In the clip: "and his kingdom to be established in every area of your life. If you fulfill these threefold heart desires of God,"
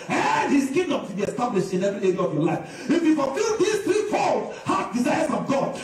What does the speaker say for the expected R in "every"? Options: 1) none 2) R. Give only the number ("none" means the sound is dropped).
1